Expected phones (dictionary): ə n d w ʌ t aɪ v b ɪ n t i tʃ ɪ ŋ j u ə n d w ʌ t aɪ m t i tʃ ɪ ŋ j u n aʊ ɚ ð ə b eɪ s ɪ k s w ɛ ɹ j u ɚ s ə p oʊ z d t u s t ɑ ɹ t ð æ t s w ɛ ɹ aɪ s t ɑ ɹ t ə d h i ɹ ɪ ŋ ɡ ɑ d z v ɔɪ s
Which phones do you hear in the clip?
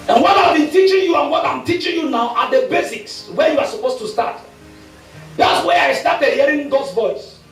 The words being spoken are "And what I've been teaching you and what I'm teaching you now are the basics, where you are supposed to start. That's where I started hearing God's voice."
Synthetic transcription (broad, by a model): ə n w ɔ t aɪ v b ɪ n t i tʃ ɪ ŋ j u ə n w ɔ t aɪ m t i tʃ ɪ ŋ j u n aʊ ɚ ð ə b eɪ s ɪ k s w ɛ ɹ j u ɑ s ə p oʊ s t u s t ɑ t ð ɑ t s w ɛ aɪ s t ɑ t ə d h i ɹ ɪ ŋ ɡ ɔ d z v ɔɪ s